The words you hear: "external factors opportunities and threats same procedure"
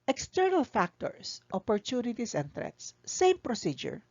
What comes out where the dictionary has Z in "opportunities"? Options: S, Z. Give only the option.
S